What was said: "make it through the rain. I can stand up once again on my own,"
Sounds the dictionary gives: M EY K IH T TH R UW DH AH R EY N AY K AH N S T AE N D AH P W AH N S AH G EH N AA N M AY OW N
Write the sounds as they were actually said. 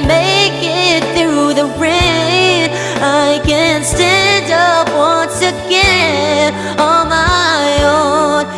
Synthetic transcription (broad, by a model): M EY K IH T TH R UW DH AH R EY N AY K AH N S T AE N D AH P W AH N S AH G EH AA L M AY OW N